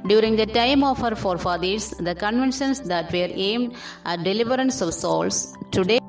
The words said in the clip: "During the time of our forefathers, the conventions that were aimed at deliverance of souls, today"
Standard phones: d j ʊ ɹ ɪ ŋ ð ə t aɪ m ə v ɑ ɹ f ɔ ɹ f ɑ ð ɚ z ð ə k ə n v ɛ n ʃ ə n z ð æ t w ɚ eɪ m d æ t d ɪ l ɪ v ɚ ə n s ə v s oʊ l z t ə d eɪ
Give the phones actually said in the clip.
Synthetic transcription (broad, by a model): d j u ɹ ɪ ŋ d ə t aɪ m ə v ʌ ɹ f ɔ ɹ f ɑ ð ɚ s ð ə k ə n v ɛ n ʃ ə n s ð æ t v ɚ eɪ m d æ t d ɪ l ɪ v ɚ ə n s ə v s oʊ l s t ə d eɪ